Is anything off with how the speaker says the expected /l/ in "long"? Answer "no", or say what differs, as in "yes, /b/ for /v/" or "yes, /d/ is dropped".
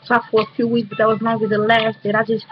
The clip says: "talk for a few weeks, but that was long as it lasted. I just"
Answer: yes, /n/ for /l/